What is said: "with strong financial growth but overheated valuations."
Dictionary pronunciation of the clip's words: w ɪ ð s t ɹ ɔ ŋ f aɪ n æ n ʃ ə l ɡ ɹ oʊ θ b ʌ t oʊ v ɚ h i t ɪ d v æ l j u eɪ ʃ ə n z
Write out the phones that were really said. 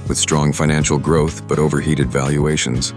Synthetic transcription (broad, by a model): w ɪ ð s t ɹ ɔ ŋ f aɪ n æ n ʃ l ɡ ɹ oʊ θ b ʌ t oʊ v ɚ h i t ɪ d v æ l j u eɪ ʃ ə n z